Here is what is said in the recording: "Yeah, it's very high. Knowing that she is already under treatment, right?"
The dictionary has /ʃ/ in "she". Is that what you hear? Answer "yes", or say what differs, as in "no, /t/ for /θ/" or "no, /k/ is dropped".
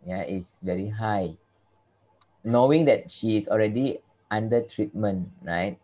yes